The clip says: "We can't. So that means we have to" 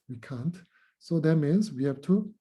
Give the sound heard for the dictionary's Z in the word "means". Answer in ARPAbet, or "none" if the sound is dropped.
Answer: S